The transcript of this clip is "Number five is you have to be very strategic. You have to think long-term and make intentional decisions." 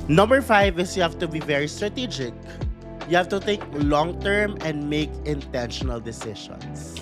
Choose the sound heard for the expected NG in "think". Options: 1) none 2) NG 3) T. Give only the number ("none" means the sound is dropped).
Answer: 1